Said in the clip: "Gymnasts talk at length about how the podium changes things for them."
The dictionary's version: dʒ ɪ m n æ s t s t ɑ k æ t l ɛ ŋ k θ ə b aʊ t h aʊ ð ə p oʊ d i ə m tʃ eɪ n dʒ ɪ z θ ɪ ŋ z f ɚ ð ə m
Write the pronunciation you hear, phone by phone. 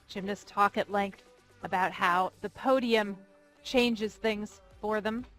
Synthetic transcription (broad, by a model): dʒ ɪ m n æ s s t ɑ k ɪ t l ɛ ŋ k θ ə b aʊ t h aʊ ð ə p oʊ d i ə m tʃ eɪ n dʒ ɪ z θ ɪ ŋ z f ɚ ð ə m